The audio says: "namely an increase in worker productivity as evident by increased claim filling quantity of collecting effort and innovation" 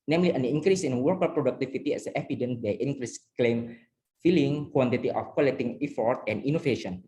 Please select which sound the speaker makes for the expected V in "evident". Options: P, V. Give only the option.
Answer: P